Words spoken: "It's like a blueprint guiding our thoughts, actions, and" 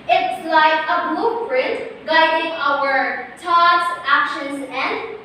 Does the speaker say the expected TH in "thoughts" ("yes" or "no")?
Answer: no